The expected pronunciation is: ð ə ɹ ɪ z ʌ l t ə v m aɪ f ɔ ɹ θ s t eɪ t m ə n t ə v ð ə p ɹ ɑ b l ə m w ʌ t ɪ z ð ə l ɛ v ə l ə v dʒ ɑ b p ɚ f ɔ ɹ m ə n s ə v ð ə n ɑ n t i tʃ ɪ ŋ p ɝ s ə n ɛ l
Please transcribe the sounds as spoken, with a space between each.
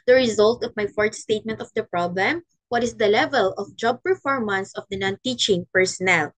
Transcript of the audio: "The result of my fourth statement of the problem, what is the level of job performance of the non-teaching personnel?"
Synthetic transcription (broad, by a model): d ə ɹ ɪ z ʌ l t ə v m aɪ f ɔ ɹ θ s t eɪ t m ə n t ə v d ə p ɹ ɑ b l ə m w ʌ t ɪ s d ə l ɛ v ə l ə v dʒ ɑ b p ɚ f ɔ ɹ m ə n s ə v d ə n ɑ n t i tʃ ɪ ŋ p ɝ s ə n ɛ l